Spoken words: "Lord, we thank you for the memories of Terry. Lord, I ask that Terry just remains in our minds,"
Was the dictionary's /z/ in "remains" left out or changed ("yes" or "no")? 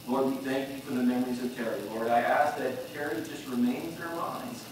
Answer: no